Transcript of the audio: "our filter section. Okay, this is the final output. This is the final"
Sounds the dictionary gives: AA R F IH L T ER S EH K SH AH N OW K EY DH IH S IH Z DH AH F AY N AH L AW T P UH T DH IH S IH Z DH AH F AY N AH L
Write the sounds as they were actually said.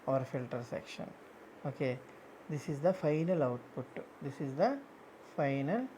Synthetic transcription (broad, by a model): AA R F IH L T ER S EH K SH AH N OW K EY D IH S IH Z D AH F AY N AH L AW T P UH T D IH S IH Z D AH F AY N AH L